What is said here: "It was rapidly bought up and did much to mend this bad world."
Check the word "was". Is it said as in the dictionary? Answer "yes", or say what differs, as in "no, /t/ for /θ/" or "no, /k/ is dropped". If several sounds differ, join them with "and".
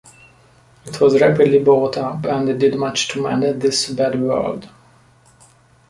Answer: yes